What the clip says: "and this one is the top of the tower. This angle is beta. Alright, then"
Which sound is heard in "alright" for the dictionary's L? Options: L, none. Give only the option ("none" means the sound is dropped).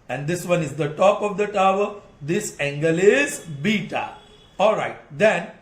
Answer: L